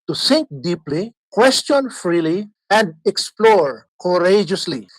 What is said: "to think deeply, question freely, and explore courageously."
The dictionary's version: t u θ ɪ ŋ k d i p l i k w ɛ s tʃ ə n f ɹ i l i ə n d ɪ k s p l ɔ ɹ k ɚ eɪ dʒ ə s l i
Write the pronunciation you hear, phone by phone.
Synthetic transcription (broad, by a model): t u s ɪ ŋ k d i p l i k w ɛ s tʃ ə n f ɹ i l i ə n d ɪ k s p l ɔ ɹ k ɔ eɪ dʒ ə s l i